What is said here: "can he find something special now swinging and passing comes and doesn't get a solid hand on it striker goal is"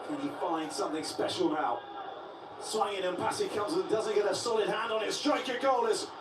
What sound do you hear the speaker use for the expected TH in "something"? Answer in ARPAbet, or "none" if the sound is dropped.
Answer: TH